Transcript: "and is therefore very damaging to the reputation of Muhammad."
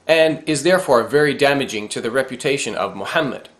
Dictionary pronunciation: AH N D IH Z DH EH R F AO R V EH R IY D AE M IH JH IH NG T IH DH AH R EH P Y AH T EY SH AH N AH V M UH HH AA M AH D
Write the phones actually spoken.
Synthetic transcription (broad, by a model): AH N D IH Z DH EH R F AO R V EH R IY D AE M IH JH IH NG T IH DH AH R EH P Y AH T EY SH AH N AH V M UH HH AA M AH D